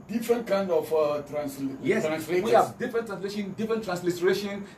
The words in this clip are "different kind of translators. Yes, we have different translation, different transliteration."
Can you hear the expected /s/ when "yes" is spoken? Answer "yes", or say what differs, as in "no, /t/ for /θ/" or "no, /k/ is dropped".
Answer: no, /s/ is dropped